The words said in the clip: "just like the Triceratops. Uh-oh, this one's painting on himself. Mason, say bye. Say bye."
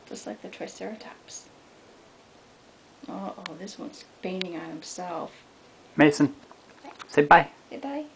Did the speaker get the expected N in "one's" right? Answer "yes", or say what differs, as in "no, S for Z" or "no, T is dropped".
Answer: yes